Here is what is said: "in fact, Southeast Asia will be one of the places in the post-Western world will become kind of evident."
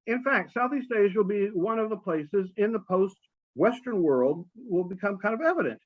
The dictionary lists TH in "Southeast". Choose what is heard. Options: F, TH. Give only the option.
TH